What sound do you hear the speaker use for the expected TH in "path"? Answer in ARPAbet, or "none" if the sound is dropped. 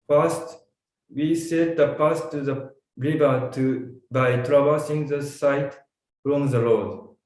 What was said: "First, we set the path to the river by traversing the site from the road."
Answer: S